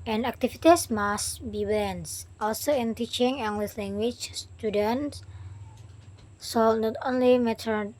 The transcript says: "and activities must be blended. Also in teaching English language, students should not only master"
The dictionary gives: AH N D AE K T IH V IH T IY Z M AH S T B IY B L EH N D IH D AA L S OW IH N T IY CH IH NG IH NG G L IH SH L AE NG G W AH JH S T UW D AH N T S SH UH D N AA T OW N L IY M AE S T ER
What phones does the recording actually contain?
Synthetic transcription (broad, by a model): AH N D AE K T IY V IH T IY S M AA S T B IY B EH N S AA L S OW IH N T IY CH IH NG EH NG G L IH S L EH NG G W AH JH S T UW D AH N T S S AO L N AA T OW N L IY M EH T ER